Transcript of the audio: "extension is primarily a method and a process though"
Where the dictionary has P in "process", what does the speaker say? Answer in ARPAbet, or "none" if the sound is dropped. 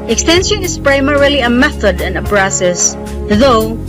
B